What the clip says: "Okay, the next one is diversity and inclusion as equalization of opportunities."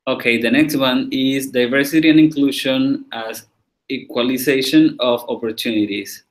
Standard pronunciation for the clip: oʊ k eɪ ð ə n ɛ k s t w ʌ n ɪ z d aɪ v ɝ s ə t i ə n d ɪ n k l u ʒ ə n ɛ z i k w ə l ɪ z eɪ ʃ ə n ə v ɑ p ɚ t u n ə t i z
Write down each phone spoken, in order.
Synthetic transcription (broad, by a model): oʊ k eɪ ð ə n ɛ k s t w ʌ n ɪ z d aɪ v ɝ s ə t i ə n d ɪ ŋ k l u ʃ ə n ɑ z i k w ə l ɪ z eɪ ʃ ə n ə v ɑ p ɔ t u n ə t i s